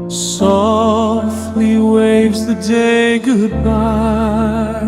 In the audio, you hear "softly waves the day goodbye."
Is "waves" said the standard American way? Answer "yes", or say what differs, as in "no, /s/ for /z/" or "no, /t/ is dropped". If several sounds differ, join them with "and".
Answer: yes